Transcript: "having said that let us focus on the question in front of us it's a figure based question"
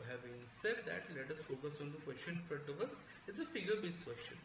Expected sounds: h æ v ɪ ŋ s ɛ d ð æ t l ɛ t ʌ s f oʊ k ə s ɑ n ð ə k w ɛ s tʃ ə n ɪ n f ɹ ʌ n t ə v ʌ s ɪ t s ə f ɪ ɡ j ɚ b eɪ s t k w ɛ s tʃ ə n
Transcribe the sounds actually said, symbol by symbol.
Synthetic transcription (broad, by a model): h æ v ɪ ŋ s ɛ d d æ t l ɛ t ʌ s f oʊ k ə s ɑ n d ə k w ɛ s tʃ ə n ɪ n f ʌ t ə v ʌ s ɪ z ə f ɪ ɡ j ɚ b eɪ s k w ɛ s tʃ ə n